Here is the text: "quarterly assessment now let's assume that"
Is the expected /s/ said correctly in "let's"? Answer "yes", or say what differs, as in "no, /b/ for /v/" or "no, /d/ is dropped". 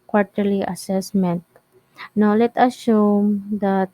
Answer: no, /s/ is dropped